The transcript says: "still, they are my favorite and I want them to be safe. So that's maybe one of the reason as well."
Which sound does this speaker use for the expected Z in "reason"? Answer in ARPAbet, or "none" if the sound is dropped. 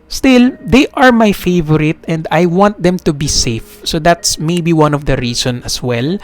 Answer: S